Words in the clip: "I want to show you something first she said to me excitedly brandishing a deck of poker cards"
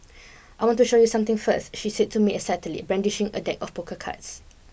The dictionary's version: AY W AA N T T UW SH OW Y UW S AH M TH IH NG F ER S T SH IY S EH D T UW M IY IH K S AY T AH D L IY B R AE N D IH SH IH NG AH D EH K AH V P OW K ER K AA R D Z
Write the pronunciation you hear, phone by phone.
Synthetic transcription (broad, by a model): AY W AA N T T UW SH OW Y UW S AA M T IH NG F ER S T SH IY S EH D T UW M IY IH S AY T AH L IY B R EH N D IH SH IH NG AH D EH K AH F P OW K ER K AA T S